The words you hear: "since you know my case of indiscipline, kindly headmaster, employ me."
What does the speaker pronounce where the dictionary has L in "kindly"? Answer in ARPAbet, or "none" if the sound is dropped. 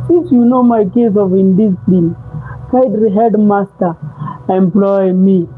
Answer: none